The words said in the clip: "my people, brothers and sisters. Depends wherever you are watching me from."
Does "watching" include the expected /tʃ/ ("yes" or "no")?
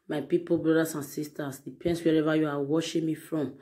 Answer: no